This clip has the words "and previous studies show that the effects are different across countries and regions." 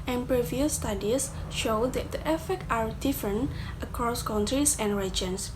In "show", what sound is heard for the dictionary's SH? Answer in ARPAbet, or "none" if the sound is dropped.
SH